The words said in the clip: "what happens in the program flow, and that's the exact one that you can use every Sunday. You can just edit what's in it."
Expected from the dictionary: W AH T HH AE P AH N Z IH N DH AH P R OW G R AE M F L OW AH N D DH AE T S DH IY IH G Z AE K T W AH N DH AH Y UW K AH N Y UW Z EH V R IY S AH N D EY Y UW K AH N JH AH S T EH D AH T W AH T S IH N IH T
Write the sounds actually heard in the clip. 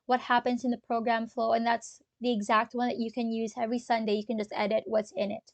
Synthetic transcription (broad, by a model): W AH T HH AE P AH N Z IH N DH AH P R OW G R AE M F L OW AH N DH AE T S DH IY IH G Z AE K T W AH N DH AH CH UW K AH N Y UW Z EH V R IY S AH N D EY Y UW K AH N JH AH S T EH D AH T W AH T S IH N IH T